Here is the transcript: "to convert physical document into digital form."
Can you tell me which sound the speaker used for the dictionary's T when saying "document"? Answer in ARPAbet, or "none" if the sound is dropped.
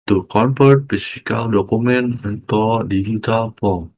none